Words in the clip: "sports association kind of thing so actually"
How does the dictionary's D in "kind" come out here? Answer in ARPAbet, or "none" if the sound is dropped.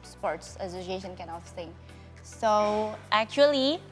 none